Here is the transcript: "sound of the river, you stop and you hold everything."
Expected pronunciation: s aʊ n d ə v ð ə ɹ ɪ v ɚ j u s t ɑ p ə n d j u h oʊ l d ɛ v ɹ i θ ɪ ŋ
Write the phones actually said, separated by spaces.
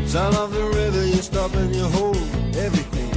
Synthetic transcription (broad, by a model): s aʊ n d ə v ð ə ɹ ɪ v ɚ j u s t ɑ p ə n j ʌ h oʊ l ɛ v ɹ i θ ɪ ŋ